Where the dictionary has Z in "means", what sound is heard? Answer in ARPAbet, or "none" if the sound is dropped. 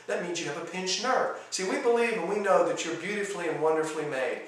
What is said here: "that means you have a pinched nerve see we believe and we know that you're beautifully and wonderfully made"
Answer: Z